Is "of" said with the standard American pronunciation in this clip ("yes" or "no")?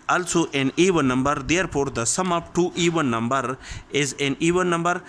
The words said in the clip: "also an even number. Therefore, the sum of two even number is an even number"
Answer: no